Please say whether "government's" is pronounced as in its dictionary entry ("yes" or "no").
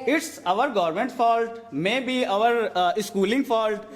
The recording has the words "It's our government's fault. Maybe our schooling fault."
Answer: no